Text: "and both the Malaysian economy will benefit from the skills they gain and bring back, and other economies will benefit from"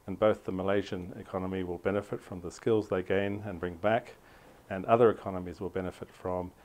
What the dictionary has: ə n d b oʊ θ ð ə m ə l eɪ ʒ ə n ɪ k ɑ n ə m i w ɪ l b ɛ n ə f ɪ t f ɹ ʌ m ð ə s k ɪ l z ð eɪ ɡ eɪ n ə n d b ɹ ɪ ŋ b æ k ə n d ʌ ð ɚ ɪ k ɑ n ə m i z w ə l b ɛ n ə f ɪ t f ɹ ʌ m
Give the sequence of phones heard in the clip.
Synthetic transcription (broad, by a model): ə n b oʊ θ ð ə m ə l eɪ ʒ ə n ɪ k ɑ n ə m i w ɪ l b ɛ n ə f ɪ t f ɹ ʌ m ð ə s k ɪ l z ð eɪ ɡ eɪ n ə n b ɹ ɪ ŋ b æ k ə n ʌ ð ɚ ɪ k ɑ n ə m i z w ə l b ɛ n ə f ɪ t f ɹ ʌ m